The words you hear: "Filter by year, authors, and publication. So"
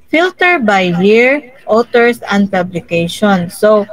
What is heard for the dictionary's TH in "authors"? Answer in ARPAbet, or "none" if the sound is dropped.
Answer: T